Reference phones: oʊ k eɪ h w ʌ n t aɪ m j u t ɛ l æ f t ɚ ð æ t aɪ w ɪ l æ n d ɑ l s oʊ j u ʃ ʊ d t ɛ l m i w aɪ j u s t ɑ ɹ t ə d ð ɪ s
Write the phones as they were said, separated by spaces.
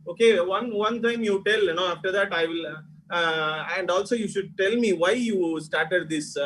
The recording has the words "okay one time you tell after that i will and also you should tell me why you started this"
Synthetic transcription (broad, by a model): oʊ k eɪ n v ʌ n t aɪ m j u t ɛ l æ f t ɚ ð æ t aɪ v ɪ l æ n d ɑ l s oʊ j u ʃ ʊ d t ɛ l m i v aɪ j u s t ɑ ɹ t ə d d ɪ s